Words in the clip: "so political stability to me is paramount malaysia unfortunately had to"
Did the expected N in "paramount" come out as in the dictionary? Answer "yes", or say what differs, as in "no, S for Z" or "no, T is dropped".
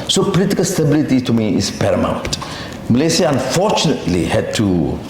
no, N is dropped